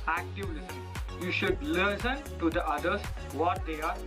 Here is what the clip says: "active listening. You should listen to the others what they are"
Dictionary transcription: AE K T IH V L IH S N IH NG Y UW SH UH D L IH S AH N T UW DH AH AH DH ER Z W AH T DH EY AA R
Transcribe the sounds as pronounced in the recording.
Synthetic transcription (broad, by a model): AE K T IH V L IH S IH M Y UW SH UH D L IH S AH N T UW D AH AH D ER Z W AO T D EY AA R